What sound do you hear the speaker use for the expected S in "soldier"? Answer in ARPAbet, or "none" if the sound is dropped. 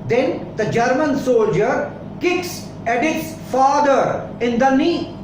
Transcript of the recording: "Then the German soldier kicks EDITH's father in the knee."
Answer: S